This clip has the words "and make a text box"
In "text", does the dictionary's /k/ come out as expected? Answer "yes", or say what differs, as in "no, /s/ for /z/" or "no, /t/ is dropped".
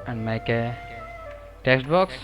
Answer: yes